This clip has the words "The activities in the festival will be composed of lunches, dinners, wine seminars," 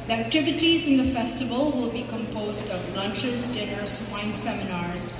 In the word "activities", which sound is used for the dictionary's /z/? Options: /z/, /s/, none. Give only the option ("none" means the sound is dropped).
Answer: /z/